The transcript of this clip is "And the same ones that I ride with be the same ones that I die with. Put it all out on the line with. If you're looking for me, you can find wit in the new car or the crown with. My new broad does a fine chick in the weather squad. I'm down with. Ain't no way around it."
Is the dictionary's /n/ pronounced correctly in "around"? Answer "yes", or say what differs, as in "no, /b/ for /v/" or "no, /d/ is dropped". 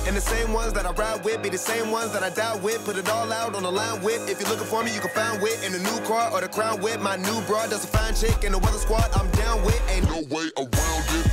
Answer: no, /l/ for /n/